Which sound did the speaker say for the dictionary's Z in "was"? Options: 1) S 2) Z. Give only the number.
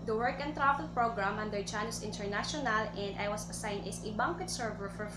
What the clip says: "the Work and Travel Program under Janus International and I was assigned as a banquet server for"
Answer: 1